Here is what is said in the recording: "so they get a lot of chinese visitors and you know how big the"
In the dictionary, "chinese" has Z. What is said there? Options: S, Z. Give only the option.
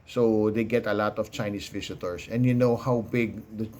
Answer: S